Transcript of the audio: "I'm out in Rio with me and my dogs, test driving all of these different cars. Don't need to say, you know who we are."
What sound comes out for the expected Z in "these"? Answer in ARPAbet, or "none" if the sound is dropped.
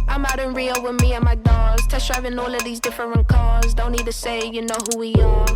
Z